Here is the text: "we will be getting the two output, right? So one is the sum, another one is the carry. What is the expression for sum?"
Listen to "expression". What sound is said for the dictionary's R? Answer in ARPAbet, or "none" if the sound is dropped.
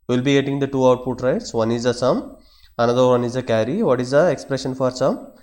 R